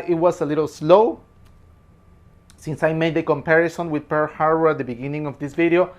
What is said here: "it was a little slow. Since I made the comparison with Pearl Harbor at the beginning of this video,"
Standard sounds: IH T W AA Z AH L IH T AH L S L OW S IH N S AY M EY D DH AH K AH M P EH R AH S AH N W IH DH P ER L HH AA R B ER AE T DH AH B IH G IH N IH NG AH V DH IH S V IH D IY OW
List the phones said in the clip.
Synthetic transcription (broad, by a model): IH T W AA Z AH L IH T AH L S L OW S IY N S AY M EY D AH K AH M P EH R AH S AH N W IH DH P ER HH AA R ER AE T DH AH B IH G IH N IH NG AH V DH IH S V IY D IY OW